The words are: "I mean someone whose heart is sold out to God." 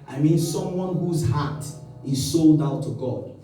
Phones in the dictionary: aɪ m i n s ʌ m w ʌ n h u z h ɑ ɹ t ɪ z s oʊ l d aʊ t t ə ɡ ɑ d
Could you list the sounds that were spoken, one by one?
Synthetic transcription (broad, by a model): aɪ m i n s ʌ m w ʌ n h u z h ɑ t ɪ z s oʊ l d aʊ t t ə ɡ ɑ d